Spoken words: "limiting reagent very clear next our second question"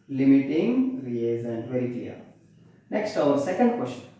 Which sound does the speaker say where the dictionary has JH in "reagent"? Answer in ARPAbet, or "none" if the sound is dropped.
Z